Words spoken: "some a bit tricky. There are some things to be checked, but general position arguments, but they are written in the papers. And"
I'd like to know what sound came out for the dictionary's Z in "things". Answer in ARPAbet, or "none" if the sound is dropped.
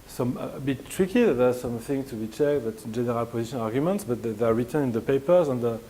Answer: none